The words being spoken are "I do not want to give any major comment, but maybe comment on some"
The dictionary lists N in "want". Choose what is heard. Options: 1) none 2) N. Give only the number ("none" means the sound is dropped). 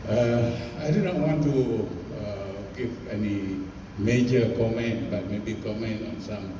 2